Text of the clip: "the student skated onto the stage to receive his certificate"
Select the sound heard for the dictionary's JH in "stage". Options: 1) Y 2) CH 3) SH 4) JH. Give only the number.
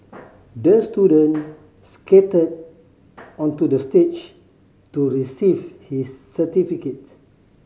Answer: 2